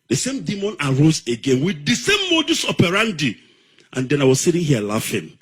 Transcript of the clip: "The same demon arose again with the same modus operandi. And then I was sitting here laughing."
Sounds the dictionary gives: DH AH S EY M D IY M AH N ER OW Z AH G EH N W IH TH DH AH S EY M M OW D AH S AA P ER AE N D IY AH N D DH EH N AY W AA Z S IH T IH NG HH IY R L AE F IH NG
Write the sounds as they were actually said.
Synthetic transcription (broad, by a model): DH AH S EY M D IY M AH N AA OW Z AH G EH N W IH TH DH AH S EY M M OW D AH S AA P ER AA N D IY AH N D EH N AY W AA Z S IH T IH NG HH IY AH L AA F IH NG